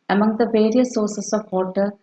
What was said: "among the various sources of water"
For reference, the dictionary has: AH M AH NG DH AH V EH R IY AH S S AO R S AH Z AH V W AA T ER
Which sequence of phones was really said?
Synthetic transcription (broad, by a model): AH M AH NG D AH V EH R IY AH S S AO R S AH S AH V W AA T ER